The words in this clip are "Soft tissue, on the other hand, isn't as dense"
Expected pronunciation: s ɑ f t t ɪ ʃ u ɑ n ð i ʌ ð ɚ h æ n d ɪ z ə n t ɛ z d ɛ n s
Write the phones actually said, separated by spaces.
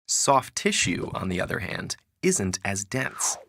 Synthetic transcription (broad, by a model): s ɑ f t t ɪ ʃ u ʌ n ð i ʌ ð ɚ h æ n d ɪ z ə n t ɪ z d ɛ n s